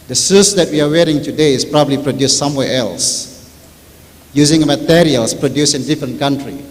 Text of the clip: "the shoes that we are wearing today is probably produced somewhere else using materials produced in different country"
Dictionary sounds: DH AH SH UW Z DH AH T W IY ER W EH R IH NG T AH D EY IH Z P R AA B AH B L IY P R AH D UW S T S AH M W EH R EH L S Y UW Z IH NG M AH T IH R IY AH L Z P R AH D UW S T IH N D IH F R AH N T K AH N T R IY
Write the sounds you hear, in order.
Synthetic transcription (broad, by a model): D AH S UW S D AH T W IY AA W EH R IH NG T AH D EY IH S P R AA B AH B L IY P R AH D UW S S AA M W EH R EH L S Y UW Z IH NG M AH T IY R IY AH L S P R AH D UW S IH N D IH F R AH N K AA N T R IY